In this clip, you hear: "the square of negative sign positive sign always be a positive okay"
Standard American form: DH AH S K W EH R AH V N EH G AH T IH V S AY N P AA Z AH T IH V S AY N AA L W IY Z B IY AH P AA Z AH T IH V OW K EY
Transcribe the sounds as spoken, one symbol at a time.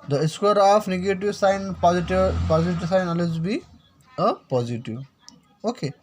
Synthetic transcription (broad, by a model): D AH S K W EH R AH P N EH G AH T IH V S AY N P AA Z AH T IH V S AY N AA L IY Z B IY AH P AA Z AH T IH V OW K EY